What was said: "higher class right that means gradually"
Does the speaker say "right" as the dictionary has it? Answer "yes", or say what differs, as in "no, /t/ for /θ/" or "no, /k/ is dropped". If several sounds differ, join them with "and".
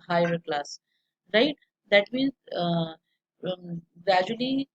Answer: yes